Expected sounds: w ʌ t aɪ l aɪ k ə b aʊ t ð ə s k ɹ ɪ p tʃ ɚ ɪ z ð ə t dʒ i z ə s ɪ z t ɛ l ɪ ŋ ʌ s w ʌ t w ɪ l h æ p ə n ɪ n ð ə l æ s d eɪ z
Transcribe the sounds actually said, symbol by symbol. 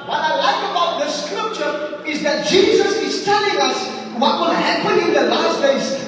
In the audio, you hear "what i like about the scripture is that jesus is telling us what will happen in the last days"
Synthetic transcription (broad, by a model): w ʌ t aɪ l aɪ k ə b aʊ t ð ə s k ɹ ɪ p tʃ ɚ ɪ z ð ə t dʒ i z ə s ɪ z t ɛ l ɪ ŋ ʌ s w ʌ t w ɪ l h æ p ə n ɪ n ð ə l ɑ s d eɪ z